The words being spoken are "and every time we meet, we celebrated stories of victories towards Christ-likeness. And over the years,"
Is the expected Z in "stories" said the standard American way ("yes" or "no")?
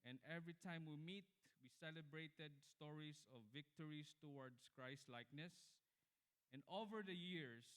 no